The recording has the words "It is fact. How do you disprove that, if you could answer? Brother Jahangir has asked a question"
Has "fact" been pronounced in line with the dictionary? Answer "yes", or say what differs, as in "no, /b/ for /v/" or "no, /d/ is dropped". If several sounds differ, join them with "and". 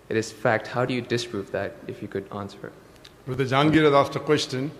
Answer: yes